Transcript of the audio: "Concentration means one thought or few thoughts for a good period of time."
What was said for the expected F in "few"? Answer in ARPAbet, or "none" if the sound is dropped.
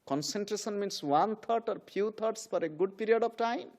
P